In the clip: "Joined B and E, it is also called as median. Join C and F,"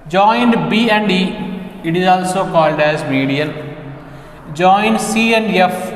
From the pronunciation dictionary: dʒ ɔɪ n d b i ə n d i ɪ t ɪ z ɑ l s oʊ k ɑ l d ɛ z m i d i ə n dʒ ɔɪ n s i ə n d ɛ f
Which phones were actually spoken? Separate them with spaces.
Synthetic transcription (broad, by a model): dʒ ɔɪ n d b i ə n d i ɪ t ɪ z ɑ l s oʊ k ɑ l d ɛ z m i d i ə l dʒ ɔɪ n s i ə n d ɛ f